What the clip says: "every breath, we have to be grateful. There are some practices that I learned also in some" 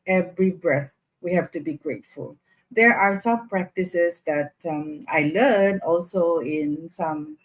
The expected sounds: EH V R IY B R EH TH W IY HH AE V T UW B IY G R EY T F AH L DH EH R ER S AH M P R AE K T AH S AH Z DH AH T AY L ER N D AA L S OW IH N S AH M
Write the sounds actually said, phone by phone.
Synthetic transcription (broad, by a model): EH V R IY B R EH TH W IY HH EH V T UW B IY G R EY T F AH L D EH R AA S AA M P R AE K T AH S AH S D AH T AY L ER N AA L S OW IH N S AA M